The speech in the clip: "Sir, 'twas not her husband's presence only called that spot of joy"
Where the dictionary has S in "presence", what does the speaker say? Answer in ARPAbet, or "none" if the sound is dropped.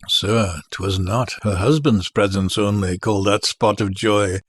S